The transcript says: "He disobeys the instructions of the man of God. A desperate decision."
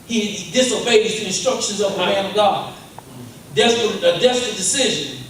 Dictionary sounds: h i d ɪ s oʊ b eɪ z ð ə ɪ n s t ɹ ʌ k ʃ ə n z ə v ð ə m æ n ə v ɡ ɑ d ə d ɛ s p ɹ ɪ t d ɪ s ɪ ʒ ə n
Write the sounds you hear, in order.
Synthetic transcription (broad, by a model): h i d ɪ s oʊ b eɪ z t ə ɪ n s t ɹ ʌ k ʃ ə n z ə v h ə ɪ ə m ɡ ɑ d ə d ɛ s p ɹ ɪ t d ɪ s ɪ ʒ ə n